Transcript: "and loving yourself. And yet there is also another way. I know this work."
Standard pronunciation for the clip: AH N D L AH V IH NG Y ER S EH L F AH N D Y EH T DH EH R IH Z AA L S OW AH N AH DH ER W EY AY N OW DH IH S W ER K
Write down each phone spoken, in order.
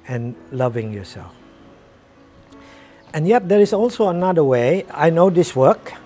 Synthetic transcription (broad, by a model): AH N L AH V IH NG Y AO S EH L F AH N Y EH T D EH R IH S AA L S OW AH N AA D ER W EY AY N OW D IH S W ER K